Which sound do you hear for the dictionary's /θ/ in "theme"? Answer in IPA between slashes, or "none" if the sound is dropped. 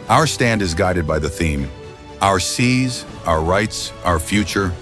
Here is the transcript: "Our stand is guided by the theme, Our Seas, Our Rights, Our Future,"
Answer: /θ/